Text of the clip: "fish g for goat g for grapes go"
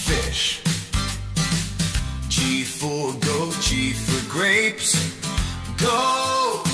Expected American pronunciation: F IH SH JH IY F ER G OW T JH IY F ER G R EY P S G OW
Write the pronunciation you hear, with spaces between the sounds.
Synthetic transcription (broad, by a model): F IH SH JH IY F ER G OW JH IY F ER G R EY P S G OW